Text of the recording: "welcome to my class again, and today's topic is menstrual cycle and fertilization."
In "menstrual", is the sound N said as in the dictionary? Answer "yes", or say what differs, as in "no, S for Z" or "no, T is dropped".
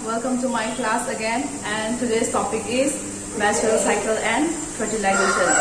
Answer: no, N is dropped